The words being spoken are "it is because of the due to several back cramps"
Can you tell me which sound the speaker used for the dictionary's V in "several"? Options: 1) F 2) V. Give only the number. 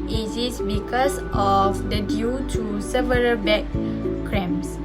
2